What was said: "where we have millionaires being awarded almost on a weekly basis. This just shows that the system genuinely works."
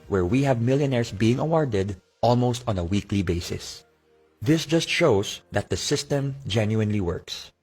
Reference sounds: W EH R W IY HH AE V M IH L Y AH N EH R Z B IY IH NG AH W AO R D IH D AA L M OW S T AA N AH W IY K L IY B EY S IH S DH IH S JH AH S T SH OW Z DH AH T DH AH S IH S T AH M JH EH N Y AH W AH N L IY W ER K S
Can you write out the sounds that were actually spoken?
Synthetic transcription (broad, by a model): W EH R W IY HH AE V M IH L Y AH N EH R S B IY IH NG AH W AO R D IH D AA L M OW S T AA N AH W IY K L IY B EY S IH S DH IH S JH AH S T SH OW S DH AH T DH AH S IH S T AH M JH EH N Y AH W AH N L IY W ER K S